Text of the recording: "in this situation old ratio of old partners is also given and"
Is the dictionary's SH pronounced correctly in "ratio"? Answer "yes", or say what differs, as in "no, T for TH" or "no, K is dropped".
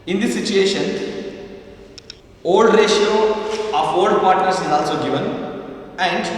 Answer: yes